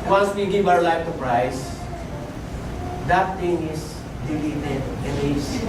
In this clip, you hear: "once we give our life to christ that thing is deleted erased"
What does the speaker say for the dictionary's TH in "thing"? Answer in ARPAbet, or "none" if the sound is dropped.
T